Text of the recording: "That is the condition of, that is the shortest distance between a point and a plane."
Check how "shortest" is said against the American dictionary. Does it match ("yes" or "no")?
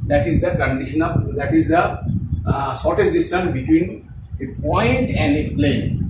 no